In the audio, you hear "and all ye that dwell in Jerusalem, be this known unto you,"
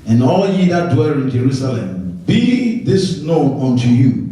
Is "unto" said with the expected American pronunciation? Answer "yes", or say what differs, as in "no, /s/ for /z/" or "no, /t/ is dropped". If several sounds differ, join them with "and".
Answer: yes